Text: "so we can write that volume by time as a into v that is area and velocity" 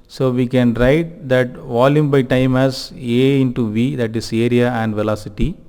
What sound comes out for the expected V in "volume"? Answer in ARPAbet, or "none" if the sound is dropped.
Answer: V